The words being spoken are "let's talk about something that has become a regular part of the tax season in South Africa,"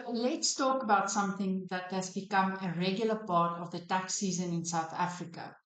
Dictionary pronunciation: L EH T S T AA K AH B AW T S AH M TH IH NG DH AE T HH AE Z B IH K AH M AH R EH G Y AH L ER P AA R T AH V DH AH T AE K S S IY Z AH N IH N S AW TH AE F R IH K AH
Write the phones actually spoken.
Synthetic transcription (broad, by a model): L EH T S T AA K AH B AW T S AH M TH IH NG DH AE T HH AE Z B IH K AH M AH R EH G Y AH L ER P AA R T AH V DH AH T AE K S S IY Z AH N IH N S AW TH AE F R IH K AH